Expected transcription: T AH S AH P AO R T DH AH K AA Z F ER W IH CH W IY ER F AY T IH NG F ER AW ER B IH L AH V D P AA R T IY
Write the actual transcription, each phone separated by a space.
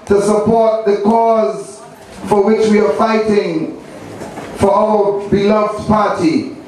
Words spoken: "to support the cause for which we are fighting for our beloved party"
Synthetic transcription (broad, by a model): T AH S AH P AO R T DH AH K AA Z F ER W IH CH W IY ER F AY T IH NG F ER AW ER B IH L AH V D P AA R T IY